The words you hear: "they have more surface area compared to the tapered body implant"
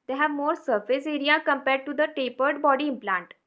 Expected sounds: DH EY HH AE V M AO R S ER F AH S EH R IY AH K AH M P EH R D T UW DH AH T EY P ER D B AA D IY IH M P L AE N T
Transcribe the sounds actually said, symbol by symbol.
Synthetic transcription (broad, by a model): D EY HH AE V M AO R S ER F AH S EH R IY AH K AH M P EH R D T UW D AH T EY P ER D B AA D IY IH M P L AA N T